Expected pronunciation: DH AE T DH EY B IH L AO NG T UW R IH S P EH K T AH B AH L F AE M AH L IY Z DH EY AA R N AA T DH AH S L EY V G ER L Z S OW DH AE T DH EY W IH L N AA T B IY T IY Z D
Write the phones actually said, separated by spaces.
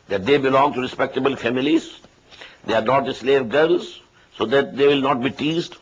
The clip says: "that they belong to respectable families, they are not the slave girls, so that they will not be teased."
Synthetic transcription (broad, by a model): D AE T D EY B IH L AO NG T UW R IH S P EH K T AH B AH L F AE M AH L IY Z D EY AA R N AA T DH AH S L EY V G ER L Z S OW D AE T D EY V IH L N AA T B IY T IY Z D